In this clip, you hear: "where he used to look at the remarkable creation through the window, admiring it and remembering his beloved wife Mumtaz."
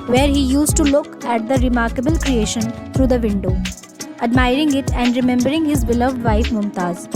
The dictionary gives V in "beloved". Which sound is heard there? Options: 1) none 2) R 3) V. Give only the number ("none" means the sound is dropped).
3